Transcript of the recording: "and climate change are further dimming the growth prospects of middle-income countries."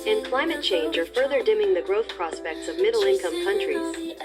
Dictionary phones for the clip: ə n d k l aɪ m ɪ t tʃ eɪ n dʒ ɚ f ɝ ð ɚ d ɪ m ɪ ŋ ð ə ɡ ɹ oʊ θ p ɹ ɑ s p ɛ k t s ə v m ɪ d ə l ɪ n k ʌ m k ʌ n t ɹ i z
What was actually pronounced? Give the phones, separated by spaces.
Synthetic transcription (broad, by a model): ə n k l aɪ m ɪ t tʃ eɪ n dʒ ɚ f ɝ ð ɚ d ɪ m ɪ ŋ ð ə ɡ ɹ oʊ θ p ɹ ɑ s p ɛ k t s ə v m ɪ d l ɪ n k ʌ m k ʌ n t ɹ i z